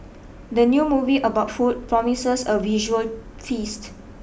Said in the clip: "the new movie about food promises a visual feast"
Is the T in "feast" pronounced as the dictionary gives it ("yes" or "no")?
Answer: yes